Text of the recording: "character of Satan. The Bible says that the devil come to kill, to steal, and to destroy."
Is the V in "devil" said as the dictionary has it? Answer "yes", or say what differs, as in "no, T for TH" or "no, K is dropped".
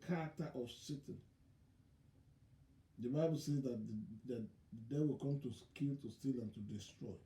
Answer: no, W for V